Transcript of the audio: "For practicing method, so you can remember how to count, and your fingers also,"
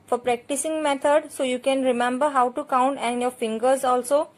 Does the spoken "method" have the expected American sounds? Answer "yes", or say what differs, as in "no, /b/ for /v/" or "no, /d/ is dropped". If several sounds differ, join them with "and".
no, /t/ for /θ/